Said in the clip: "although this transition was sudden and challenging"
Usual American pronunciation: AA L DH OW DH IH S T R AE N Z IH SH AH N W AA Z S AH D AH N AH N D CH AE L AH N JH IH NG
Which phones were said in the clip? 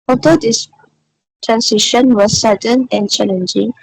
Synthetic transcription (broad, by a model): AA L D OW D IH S T R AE N S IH SH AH N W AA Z S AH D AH N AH N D CH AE L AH N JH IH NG